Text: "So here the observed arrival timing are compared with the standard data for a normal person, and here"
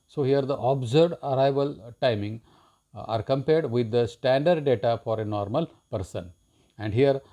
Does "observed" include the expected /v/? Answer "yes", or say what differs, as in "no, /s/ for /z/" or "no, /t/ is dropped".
no, /v/ is dropped